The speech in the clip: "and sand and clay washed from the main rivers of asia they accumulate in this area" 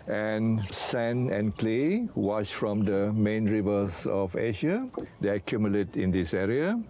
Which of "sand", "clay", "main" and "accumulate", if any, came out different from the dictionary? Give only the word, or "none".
sand